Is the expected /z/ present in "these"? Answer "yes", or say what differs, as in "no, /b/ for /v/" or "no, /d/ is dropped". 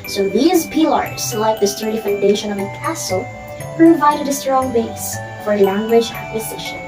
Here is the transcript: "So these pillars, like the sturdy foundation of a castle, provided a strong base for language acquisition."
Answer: yes